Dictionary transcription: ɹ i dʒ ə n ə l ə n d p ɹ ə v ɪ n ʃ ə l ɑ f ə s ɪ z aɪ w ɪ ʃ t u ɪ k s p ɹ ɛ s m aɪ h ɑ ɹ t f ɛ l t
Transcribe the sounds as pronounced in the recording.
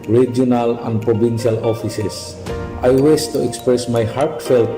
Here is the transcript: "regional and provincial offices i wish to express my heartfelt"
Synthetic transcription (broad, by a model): ɹ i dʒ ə n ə l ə n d p ɹ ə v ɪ n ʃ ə l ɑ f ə s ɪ s aɪ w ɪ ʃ t u ɪ k s p ɹ ɛ s m aɪ h ɑ ɹ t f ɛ l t